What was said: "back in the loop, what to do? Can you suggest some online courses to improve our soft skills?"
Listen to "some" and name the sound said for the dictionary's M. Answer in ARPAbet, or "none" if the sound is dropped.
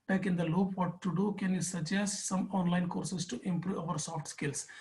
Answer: M